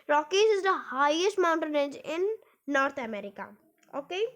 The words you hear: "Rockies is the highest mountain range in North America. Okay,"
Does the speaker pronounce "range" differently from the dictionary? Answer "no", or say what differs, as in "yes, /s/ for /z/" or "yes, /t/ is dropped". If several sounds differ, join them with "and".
yes, /n/ is dropped